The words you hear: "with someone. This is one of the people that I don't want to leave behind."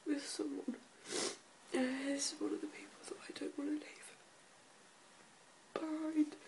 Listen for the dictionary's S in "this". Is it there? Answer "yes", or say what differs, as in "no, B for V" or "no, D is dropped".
no, S is dropped